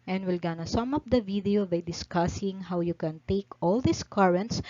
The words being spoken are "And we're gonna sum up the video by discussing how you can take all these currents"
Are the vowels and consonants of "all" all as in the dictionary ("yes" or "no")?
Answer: yes